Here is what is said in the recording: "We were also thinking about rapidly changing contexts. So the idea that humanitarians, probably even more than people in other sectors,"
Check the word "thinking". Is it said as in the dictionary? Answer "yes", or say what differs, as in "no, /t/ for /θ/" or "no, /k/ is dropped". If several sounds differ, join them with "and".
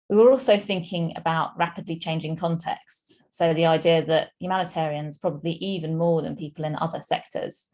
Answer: yes